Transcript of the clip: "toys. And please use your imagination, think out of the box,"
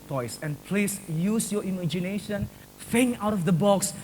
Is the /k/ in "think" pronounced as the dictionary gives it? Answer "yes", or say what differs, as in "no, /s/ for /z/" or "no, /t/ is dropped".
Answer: no, /k/ is dropped